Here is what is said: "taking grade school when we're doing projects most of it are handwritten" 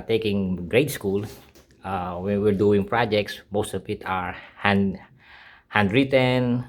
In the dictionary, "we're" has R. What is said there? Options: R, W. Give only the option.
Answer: R